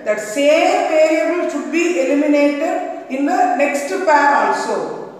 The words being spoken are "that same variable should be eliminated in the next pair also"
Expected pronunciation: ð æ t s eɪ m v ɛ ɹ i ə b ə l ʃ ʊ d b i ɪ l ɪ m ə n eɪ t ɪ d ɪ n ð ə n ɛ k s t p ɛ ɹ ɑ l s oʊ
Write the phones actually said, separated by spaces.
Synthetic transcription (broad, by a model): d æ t s eɪ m p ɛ ɹ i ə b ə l ʃ ʊ d b i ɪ l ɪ m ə n eɪ t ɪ d ɪ n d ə n ɛ k s t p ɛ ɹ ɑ l s oʊ